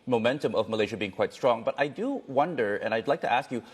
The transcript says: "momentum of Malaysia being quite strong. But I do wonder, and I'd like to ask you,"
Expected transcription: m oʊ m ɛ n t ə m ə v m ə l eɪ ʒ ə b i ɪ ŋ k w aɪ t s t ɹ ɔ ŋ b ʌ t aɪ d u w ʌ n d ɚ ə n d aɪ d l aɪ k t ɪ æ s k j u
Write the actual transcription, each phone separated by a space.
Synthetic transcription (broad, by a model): m oʊ m ɛ n t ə m ə v m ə l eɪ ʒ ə b i ɪ ŋ k w aɪ t s t ɹ ɔ ŋ b ʌ t aɪ d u w ʌ n d ɚ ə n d aɪ d l aɪ k t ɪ æ s k j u